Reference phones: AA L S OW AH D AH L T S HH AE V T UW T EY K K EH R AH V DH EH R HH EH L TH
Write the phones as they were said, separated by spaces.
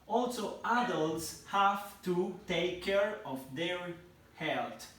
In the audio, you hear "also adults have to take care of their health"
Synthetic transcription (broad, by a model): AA L S OW AH D AH L T S HH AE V T UW T EY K K EH R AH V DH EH R HH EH L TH